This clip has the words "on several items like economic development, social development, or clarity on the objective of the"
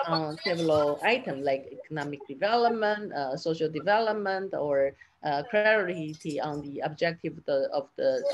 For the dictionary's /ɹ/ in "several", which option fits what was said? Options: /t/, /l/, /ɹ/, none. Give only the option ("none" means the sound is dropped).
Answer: none